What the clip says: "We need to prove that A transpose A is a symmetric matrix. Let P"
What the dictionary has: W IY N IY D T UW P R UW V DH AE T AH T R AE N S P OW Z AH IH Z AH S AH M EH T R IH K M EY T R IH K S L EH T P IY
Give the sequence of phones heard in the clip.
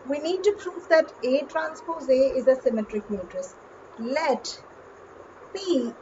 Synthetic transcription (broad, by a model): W IY N IY D T UW P R UW V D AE T AH T R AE N S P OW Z AH IH Z AH S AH M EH T R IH K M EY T R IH S L EH T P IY